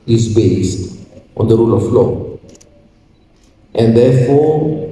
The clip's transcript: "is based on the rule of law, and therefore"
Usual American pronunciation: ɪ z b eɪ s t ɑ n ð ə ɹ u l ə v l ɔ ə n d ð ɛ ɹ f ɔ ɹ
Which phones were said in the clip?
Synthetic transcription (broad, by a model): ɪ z b eɪ s t ɑ n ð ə ɹ u l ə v l ɔ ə n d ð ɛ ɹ f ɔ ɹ